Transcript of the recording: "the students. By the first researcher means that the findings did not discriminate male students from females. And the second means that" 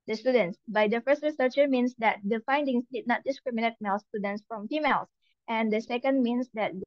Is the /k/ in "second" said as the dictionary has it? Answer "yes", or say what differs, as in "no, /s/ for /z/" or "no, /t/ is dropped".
yes